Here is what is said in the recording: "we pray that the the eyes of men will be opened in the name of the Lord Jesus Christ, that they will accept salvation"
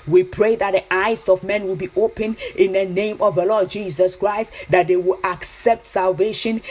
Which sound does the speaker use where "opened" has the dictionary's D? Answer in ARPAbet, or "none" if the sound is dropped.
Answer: none